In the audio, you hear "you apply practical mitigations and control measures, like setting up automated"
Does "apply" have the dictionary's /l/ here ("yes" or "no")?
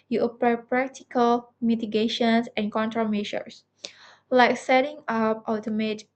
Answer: no